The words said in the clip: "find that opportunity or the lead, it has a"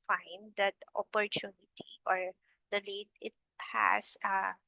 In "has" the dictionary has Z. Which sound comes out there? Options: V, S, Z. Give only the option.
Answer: S